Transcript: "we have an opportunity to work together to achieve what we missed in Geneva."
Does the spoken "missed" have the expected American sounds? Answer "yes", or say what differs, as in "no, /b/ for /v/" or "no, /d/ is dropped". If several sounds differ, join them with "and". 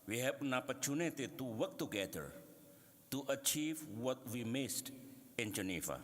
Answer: yes